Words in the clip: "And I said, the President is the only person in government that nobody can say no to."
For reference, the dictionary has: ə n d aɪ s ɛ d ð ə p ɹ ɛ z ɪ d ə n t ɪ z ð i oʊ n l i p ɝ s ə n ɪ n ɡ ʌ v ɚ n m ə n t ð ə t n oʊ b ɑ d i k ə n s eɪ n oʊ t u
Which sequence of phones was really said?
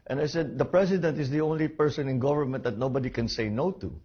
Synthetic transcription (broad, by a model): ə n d aɪ s ɛ d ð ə p ɹ ɛ s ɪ d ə n t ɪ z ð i oʊ n l i p ɝ s ə n ɪ n ɡ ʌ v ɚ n m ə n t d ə t n oʊ b ɑ d i k ə n s eɪ n oʊ t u